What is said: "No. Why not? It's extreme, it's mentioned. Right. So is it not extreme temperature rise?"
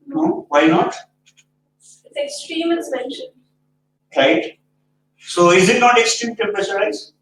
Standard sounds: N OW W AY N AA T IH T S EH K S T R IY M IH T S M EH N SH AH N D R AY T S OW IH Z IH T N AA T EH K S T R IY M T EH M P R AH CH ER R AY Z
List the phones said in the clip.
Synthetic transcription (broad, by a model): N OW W AY N AA T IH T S EH K S T R IY M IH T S M EH N SH AH N D R AY T S OW IH Z IH T N AA T EH K S T R IY M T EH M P AH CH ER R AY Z